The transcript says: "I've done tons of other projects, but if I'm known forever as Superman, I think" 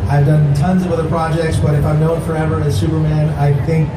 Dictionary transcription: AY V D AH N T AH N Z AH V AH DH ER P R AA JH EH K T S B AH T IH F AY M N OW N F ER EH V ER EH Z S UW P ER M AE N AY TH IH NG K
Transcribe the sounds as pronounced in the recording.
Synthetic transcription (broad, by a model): AY V D AH N T AH N Z AH V AH DH ER P R AA JH EH K T S B AH T IH F AY M N OW N F ER EH V ER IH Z S UW P ER M AE N AY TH IH NG K